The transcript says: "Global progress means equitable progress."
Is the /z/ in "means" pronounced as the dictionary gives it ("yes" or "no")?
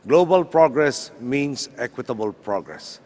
no